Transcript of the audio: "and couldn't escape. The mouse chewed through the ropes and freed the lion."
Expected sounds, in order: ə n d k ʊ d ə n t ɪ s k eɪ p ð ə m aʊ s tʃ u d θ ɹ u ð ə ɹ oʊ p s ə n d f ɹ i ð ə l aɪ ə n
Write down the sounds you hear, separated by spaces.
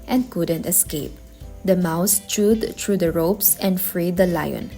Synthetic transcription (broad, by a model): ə n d k ʊ d ə n t ɪ s k eɪ p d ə m aʊ s tʃ u d t ɹ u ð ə ɹ oʊ p s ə n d f ɹ i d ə l aɪ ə n